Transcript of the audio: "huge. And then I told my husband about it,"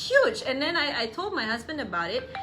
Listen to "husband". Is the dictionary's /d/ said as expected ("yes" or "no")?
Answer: yes